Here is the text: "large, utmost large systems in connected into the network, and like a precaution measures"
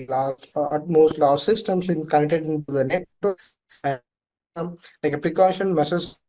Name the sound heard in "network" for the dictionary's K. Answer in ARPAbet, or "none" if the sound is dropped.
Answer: none